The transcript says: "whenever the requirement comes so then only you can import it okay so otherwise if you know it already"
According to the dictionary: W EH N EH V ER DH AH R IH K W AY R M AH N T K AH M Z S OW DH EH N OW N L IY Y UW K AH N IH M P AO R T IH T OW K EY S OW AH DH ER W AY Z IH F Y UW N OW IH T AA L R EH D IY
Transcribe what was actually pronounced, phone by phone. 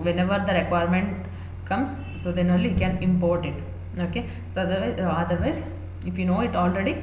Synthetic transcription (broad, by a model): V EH N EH V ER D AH R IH K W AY R M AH N T K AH M S OW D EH N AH L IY K AH N IH M P AO R T IH T OW K EY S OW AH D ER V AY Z IH F Y UW N OW IH T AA L R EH D IY